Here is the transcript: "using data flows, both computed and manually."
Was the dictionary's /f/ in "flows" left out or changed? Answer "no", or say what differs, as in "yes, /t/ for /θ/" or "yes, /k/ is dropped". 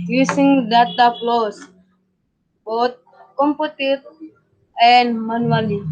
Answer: yes, /p/ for /f/